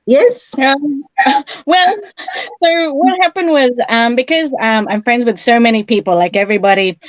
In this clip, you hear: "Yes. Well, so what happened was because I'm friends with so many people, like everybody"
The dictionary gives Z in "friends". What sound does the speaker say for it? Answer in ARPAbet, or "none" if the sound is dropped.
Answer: Z